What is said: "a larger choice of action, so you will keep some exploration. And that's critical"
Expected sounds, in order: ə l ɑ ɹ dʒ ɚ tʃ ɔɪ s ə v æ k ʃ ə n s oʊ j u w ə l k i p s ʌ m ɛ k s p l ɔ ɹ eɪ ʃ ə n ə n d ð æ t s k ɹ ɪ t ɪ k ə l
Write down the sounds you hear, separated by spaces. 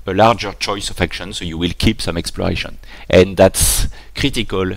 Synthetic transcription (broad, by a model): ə l ɑ ɹ dʒ ɚ tʃ ɔɪ s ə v æ k ʃ ə n s oʊ j u w ə l k i p s ʌ m ɛ k s p l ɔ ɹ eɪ ʃ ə n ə n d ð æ t s k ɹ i t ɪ k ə l